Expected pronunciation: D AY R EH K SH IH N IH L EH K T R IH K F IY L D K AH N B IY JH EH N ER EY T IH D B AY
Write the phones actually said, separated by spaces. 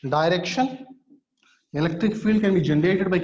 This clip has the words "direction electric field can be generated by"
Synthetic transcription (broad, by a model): D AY R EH K SH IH N IH L EH K T R IH K F IY L D K AH N B IY JH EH N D EY T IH D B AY